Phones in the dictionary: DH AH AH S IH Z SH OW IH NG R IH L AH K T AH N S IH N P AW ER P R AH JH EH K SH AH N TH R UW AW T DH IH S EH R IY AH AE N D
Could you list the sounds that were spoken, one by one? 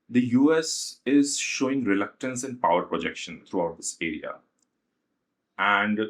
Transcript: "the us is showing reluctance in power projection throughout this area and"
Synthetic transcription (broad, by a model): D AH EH S IH Z SH OW IH NG R IH L AH K T AH N S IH N P AW ER P R AH JH EH K SH AH N T R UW AW T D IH S EH R IY AH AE N D